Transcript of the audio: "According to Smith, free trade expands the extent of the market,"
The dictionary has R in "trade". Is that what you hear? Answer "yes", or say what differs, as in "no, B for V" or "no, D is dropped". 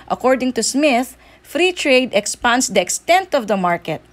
yes